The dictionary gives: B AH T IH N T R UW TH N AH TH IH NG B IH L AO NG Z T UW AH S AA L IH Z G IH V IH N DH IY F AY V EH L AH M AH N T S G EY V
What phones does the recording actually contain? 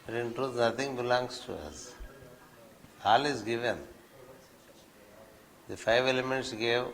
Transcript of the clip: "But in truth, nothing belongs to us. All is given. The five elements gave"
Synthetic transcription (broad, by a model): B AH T IH N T R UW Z N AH T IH NG B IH L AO NG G T UW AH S AA L IH Z G IH V IH N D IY F AY V EH L AH M AH N T S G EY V